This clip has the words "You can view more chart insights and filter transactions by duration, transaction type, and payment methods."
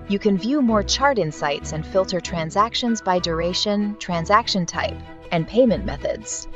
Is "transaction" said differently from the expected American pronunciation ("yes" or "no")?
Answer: no